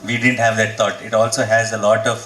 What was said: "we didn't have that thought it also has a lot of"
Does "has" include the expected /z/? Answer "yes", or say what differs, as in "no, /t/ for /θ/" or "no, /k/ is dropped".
yes